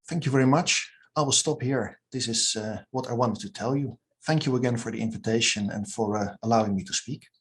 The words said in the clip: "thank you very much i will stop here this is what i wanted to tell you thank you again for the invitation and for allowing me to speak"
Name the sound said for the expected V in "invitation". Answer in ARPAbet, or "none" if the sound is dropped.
V